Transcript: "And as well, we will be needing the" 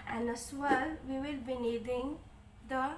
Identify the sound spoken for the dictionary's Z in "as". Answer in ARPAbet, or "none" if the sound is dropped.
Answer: S